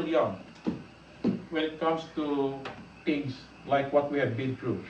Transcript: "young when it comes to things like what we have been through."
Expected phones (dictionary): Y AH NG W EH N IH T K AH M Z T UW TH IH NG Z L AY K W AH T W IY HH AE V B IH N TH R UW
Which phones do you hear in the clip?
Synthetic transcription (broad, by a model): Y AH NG W EH N IH T K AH M S T UW T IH NG S L AY K W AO T W IY HH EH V B IH N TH R UW